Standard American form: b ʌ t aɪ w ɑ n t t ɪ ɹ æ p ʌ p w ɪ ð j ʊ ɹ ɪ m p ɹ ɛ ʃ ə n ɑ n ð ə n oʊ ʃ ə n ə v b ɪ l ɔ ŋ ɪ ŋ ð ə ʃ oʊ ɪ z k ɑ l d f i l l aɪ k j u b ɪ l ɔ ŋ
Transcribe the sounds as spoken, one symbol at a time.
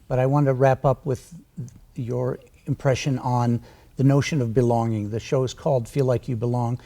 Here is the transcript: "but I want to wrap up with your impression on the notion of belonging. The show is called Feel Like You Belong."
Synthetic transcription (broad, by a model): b ʌ t aɪ w ɑ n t t ɪ ɹ æ p ʌ p w ɪ ð j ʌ ɹ ɪ m p ɹ ɛ ʃ ə n n ð ə n oʊ ʃ ə n ə v b ɪ l ɔ ŋ ɪ ŋ ð ə ʃ oʊ ɪ z k ɑ l d f i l l aɪ k j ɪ b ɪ l ɔ ŋ